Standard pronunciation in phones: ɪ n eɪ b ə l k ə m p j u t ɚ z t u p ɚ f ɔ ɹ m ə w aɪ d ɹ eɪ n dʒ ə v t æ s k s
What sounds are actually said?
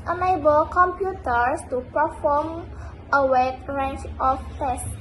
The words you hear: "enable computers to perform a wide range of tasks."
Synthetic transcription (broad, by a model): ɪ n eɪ b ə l k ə m p j u t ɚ s t u p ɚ f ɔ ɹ m ə w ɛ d ɹ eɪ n tʃ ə f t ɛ s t